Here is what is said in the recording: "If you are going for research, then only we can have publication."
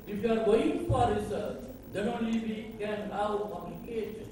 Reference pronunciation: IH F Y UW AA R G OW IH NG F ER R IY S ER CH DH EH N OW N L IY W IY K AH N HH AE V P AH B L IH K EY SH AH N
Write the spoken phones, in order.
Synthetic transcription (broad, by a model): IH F Y UW AA R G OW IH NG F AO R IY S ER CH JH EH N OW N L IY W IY K AH N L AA W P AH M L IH K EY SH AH N